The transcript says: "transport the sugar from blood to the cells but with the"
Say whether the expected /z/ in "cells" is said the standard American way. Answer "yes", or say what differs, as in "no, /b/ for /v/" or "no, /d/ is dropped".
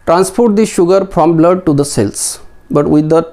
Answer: no, /s/ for /z/